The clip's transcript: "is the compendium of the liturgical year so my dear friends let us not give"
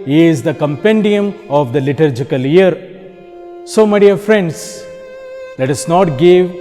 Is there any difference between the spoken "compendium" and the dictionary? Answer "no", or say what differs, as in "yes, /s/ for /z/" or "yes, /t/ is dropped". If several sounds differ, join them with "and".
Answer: no